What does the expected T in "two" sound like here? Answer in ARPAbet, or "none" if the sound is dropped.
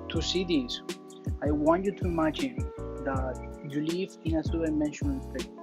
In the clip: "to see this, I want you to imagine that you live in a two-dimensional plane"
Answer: S